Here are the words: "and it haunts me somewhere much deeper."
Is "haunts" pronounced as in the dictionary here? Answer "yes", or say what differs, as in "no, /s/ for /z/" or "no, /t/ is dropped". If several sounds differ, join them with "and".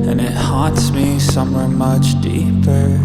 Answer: no, /n/ is dropped